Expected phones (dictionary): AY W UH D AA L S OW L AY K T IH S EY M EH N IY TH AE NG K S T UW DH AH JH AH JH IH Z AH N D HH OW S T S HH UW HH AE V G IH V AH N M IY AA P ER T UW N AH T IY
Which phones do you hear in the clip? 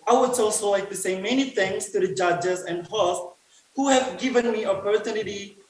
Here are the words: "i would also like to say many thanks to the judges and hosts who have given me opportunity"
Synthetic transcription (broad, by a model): AY W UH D AA L S OW L AY K T IH S EY M EH N IY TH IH NG S T UW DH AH JH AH JH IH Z AH N D HH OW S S HH UW HH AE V G IH V AH N M IY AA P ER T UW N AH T IY